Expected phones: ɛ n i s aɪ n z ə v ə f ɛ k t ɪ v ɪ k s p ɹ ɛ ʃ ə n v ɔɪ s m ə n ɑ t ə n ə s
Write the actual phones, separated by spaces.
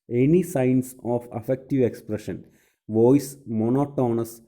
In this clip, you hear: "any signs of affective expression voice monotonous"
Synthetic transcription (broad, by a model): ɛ n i s aɪ n s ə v ə f ɛ k t ɪ v ɪ k s p ɹ ɛ ʃ ə n v ɔɪ s m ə n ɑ t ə n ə s